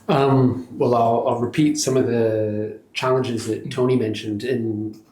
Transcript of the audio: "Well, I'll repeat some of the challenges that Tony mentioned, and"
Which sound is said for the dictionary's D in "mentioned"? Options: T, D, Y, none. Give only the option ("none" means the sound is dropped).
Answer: D